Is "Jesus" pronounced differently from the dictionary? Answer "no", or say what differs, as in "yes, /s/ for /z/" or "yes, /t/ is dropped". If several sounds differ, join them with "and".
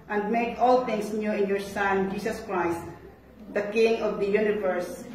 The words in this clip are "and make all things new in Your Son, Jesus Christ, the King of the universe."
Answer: yes, /s/ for /z/